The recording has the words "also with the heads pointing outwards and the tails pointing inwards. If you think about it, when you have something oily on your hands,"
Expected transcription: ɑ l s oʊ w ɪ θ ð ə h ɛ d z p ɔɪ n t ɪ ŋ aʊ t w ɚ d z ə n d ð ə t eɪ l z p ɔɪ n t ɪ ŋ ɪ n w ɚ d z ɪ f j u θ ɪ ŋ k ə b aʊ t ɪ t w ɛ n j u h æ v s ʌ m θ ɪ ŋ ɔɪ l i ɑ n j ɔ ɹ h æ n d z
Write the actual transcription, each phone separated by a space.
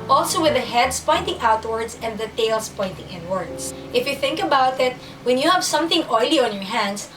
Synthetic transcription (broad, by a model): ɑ l s oʊ w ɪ ð ə h ɛ d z p ɔɪ n t ɪ ŋ aʊ t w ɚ d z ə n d ð ə t eɪ l s p ɔɪ n t ɪ ŋ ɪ n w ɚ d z ɪ f j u θ ɪ ŋ k ə b aʊ t ɪ t w ɛ n j u h æ v s ʌ m θ ɪ ŋ ɔɪ l i ɑ n j ɔ ɹ h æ n d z